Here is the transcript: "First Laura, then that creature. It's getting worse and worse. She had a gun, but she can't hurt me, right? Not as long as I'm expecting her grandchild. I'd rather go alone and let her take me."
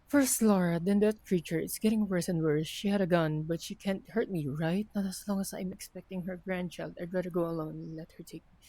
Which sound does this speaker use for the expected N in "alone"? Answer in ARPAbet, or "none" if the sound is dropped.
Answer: none